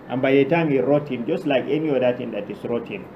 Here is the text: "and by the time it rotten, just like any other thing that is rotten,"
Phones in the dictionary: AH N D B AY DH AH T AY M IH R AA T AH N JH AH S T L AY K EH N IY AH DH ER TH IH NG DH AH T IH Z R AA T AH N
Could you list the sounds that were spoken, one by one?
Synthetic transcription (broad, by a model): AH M B AY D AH T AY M IH R AA T AH N JH AH S T L AY K EH N IY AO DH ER T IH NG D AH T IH S R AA T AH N